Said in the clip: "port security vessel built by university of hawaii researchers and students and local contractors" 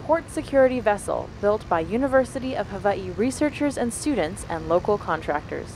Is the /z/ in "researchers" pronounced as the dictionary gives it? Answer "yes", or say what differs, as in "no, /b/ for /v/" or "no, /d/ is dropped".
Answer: yes